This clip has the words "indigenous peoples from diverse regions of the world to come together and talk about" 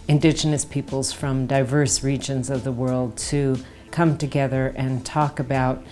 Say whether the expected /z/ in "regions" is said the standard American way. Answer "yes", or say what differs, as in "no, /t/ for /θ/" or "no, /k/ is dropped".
yes